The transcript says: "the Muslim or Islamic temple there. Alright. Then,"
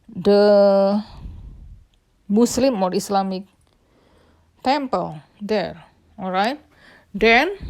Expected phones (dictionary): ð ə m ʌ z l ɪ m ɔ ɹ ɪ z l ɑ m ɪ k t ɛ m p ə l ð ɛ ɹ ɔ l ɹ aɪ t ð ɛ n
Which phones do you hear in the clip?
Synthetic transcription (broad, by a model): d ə m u s l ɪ m ɔ ɹ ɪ s l ɑ m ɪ k t ɛ m p ə l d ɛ ɹ ɔ l ɹ aɪ t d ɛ n